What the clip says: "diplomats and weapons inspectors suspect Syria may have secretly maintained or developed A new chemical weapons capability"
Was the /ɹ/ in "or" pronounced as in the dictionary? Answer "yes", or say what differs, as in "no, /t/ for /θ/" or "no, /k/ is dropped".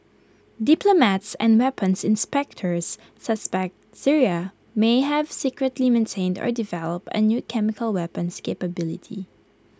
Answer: yes